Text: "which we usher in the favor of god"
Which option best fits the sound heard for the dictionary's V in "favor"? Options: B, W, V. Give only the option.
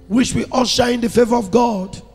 V